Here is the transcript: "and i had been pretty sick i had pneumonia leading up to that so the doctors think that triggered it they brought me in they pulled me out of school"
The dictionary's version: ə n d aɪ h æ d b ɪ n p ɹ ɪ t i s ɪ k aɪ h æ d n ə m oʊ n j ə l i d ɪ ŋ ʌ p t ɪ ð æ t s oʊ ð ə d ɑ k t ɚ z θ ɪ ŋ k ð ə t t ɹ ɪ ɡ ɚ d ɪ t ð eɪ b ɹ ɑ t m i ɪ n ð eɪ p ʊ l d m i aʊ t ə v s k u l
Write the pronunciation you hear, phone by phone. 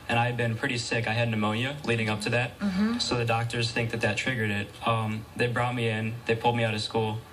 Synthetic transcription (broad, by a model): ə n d aɪ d b ɪ n p ɹ ɪ t i s ɪ k aɪ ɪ d n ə m oʊ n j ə l i d ɪ ŋ ʌ p t ɪ ð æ t s oʊ ð ə d ɑ k t ɚ z θ ɪ ŋ k ð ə t t ɹ ɪ ɡ ɚ d ɪ t ð eɪ b ɹ ɑ t m i ɪ n ð eɪ p ʊ l d m i aʊ t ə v s k u l